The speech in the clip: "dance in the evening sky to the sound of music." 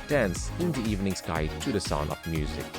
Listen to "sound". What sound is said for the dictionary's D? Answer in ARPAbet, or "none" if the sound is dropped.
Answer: none